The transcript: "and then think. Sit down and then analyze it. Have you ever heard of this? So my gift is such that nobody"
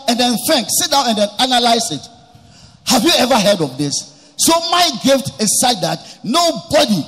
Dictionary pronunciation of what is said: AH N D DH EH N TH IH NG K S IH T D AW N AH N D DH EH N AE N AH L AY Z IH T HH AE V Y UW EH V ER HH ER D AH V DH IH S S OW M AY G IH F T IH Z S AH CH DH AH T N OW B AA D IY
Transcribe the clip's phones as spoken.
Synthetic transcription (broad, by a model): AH N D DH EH N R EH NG K S IH T D AW N AH N D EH N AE N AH L AY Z IH T HH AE V Y UW EH V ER HH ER D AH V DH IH S S OW M AY G IH F T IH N S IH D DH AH T N OW B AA D IY